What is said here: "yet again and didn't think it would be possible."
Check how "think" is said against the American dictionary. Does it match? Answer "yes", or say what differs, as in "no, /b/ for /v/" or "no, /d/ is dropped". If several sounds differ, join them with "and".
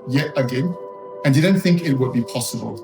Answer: yes